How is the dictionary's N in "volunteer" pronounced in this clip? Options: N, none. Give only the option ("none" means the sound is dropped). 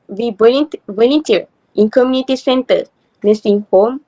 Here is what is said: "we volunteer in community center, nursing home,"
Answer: none